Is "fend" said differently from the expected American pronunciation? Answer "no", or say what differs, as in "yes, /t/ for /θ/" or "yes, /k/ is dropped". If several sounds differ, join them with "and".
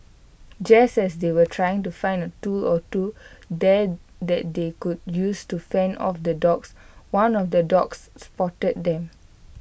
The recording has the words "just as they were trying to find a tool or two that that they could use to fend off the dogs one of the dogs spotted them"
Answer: no